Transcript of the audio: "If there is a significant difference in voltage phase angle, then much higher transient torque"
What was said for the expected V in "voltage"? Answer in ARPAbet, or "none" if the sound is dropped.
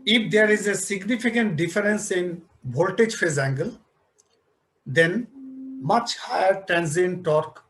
B